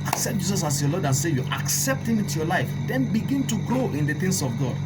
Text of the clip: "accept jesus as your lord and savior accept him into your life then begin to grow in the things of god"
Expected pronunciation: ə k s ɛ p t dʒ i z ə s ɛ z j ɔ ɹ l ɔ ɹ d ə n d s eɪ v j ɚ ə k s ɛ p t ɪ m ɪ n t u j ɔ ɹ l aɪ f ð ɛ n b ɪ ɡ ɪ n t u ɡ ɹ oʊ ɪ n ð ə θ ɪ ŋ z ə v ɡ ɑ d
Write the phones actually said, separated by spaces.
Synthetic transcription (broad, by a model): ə k s ɛ p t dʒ i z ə s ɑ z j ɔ l ɔ d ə n s eɪ j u ə k s ɛ p t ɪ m ɪ n t u j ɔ l aɪ f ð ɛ n b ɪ ɡ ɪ n t u ɡ ɹ oʊ ɪ n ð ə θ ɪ ŋ s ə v ɡ ɑ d